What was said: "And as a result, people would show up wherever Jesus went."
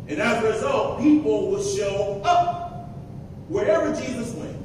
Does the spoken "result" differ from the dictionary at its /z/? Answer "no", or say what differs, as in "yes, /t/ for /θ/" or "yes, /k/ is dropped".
no